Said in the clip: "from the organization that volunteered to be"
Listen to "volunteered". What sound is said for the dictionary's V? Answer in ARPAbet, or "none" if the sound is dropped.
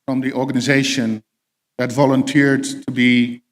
V